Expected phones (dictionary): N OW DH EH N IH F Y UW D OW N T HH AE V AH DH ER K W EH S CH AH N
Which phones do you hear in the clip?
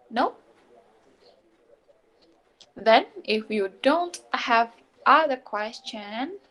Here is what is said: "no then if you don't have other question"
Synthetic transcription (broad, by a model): N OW DH EH N IH F Y UW D OW N T HH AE V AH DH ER K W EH S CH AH N